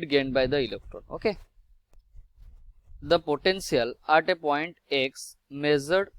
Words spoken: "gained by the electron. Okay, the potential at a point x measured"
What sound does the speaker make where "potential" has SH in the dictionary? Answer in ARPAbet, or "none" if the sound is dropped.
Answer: S